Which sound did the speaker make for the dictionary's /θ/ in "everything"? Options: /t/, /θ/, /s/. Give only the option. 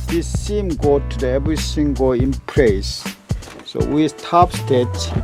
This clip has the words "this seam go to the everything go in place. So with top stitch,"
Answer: /s/